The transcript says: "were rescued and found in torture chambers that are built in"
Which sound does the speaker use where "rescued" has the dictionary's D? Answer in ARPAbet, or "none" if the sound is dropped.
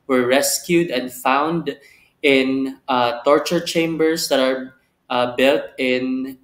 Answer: D